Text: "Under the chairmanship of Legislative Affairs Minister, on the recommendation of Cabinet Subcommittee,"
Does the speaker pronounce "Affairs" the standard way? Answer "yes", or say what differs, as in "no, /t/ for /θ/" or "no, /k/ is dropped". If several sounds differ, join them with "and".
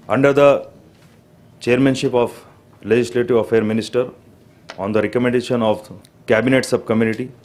no, /z/ is dropped